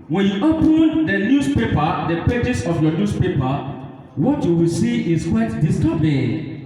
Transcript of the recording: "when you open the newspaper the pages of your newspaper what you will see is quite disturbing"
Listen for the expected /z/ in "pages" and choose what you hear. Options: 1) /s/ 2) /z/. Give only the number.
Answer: 1